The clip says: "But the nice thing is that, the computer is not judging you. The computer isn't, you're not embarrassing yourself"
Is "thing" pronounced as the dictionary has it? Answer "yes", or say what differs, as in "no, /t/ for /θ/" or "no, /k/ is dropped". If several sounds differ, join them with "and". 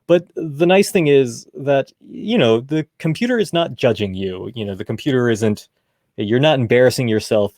yes